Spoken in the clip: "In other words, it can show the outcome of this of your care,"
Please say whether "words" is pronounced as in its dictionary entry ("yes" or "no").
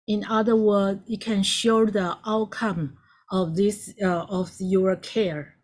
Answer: no